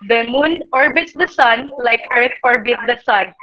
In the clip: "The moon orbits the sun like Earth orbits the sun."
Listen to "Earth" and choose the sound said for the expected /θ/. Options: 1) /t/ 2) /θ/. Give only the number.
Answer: 1